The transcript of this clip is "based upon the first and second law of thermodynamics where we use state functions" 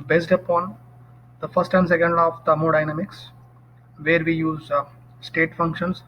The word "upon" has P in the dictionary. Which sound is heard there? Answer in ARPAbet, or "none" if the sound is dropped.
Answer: P